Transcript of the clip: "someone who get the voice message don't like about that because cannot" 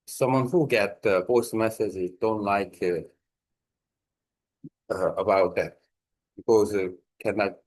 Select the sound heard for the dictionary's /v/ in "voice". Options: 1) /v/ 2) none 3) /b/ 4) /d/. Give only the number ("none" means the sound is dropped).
3